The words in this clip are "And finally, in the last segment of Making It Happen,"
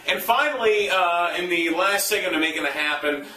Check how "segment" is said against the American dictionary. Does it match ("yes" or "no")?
no